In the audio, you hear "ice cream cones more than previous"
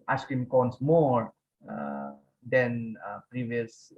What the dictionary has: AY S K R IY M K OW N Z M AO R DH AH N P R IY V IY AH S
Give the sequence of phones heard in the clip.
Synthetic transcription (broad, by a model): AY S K IY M K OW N S M AO R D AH N P R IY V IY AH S